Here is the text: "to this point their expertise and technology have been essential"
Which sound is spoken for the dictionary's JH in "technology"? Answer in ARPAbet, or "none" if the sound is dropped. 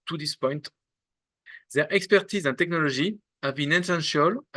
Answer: ZH